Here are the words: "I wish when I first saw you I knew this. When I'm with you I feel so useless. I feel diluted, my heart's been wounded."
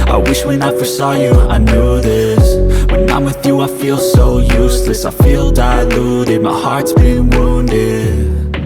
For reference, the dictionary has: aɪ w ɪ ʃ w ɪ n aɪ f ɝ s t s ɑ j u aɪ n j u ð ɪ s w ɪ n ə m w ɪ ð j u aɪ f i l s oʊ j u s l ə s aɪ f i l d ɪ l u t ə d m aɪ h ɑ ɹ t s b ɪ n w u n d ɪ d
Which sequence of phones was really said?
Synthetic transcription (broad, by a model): aɪ w ɪ ʃ w ɪ n aɪ f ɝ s s ɑ j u aɪ n j u ð ɪ s w ɪ n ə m w ɪ ð j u aɪ f i l s oʊ j u s l ə s aɪ f i l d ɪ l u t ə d m aɪ h ɑ ɹ t s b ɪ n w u n d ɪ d